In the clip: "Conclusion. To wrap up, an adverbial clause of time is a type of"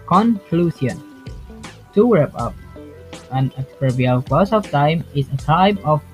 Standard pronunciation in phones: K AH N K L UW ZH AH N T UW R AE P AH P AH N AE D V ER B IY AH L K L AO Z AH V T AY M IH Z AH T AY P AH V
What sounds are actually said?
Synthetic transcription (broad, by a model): K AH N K L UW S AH N T UW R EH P AH P AH N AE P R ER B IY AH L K AO S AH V T AY M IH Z AH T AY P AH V